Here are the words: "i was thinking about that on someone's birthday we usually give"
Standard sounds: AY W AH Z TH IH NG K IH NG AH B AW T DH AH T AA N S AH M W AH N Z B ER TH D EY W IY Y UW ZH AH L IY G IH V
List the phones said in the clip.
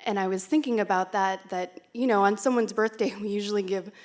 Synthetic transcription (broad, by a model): AY W AH Z TH IH NG K IH NG AH B AW T DH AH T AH N S AH M W AH N Z B ER TH D EY W IY Y UW ZH L IY G IH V